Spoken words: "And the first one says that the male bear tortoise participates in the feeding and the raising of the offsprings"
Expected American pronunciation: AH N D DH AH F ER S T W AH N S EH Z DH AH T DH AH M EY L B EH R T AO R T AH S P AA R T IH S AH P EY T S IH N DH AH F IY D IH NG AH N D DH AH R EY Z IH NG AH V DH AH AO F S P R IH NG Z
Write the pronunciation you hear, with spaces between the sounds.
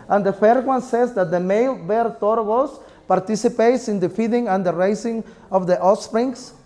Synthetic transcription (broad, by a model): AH N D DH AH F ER T W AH N S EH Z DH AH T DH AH M EY L B EH R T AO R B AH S P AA R T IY S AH P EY T S IH N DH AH F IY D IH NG AH N D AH R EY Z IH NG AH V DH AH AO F S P R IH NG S